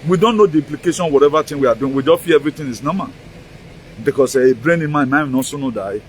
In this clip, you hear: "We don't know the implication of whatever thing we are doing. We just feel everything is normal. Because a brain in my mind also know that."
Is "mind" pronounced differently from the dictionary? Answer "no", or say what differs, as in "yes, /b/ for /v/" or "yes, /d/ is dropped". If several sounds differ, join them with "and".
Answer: yes, /d/ is dropped